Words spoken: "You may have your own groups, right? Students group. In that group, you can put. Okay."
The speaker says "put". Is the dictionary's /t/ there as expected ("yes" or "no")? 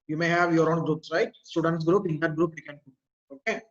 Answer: no